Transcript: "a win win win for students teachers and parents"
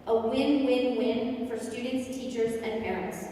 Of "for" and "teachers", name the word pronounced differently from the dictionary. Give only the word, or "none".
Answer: none